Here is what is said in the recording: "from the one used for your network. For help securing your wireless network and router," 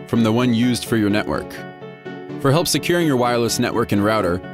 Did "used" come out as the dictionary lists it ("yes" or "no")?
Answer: yes